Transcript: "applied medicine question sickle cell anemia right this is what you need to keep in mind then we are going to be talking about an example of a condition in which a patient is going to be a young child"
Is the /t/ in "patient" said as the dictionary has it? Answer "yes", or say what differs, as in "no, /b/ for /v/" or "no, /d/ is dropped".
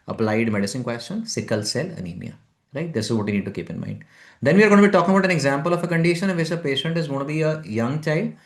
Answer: yes